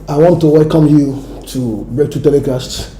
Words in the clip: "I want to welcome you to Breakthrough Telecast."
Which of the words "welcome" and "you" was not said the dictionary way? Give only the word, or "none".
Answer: welcome